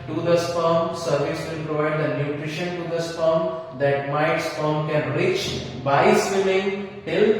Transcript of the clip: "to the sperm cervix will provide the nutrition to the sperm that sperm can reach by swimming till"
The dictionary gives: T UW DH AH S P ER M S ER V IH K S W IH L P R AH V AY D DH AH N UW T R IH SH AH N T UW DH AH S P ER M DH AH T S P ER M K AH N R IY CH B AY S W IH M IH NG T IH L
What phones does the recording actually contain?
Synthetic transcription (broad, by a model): T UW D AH S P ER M S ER V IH S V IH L P R AH V AY D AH N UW T R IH SH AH N T UW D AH S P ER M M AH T S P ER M K AH N R IY CH B AY S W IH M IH NG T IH L